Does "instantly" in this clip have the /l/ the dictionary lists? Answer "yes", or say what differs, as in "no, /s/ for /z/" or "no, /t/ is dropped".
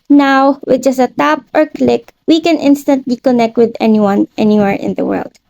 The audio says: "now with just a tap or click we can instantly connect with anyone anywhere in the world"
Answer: yes